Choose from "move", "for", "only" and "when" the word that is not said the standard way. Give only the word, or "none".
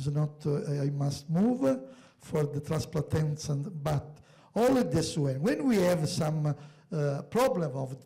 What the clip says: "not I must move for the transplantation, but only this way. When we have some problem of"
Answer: only